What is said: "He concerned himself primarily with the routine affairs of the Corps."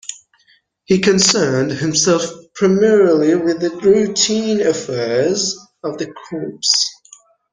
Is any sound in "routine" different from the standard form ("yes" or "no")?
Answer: no